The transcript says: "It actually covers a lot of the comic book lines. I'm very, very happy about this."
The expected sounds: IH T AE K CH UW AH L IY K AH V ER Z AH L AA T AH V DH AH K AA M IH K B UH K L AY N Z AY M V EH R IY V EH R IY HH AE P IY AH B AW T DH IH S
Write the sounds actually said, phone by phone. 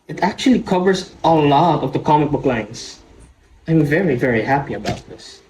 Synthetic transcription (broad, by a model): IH T AE K CH UW AH L IY K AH V ER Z AH L AA T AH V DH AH K AA M IH K B UH K L AY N S AY M V EH R IY V EH R IY HH AE P IY AH B AW T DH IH S